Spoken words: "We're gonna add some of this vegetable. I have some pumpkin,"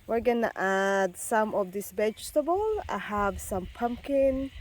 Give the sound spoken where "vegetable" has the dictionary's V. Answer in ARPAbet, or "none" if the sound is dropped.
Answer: B